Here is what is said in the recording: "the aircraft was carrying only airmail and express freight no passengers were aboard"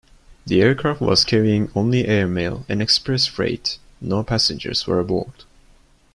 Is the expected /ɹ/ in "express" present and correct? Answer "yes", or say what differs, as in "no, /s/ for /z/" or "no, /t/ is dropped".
yes